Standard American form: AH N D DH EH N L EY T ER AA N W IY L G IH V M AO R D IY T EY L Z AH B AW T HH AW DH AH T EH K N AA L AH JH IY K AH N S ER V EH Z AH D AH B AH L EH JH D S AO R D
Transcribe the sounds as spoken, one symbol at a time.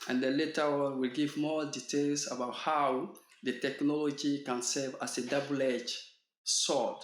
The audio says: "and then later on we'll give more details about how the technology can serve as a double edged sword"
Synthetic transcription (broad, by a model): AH N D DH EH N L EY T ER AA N W IY L G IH V M AO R D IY T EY L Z AH B AW T HH AW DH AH T EH K N AA L AH JH IY K AH N S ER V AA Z AH D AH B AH L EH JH S AO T